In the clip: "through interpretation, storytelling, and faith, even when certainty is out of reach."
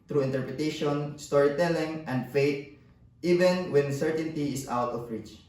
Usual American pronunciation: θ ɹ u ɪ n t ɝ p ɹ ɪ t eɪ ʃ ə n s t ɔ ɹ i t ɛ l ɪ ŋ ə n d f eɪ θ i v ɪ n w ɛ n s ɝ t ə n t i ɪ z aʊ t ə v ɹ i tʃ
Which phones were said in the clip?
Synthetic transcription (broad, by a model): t ɹ u ɪ n t ɝ p ɹ ɪ t eɪ ʃ ə n s t ɔ ɹ i t ɛ l ɪ ŋ ə n d f eɪ t i v ɪ n w ɛ n s ɝ t ə n t i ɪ s aʊ t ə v ɹ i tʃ